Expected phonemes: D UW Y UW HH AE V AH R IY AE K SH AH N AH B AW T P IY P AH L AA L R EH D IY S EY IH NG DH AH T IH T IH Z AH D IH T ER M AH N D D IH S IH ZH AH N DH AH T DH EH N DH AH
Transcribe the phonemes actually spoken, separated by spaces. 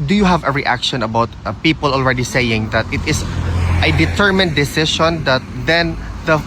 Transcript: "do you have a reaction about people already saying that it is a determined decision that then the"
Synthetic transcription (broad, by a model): D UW Y UW HH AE V AH R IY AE K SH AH N AH B AW T P IY P AH L AA L R EH D IY S EY IH NG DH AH T IH T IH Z AH D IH T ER M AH N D D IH S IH SH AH N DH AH T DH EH N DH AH